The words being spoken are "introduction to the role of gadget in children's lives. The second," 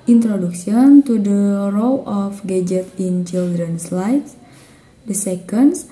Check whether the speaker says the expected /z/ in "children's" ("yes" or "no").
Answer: no